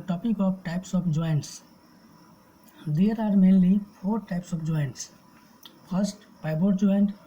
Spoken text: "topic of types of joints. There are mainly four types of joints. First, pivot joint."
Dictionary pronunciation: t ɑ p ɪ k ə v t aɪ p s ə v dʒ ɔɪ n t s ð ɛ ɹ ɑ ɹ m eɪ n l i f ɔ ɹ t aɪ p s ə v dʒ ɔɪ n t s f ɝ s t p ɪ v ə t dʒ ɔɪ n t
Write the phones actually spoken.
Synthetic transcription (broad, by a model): t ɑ p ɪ k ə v t aɪ p s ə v dʒ ɔɪ n t s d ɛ ɹ ɑ ɹ m eɪ n l i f ɔ ɹ t aɪ p s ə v dʒ ɔɪ n t s p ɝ s t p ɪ b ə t dʒ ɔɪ n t